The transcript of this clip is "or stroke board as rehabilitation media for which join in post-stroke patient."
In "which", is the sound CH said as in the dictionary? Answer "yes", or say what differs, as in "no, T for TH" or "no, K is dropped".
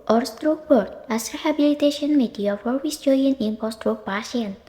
no, S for CH